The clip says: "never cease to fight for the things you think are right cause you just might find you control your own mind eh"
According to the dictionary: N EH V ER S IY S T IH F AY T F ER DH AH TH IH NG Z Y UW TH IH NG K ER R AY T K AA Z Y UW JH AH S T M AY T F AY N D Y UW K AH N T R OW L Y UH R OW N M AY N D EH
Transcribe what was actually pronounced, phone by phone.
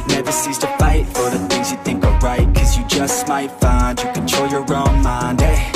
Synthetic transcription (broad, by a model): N EH V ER S IY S T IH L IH T F ER DH AH TH IH NG Z Y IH TH IH NG K ER R AY T K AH Z Y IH JH AH S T M AY T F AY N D Y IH K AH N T OW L Y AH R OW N M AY N D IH